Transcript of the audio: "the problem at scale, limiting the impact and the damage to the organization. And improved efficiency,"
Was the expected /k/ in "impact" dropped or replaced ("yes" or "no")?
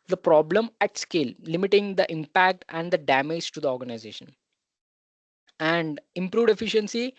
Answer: no